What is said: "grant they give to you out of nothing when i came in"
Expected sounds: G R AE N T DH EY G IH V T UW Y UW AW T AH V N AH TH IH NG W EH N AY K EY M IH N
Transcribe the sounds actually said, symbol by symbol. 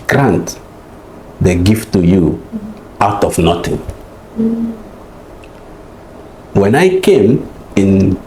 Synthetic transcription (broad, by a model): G R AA N T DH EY G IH F T UW Y UW AW T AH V N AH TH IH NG W EH N AY K EY M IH N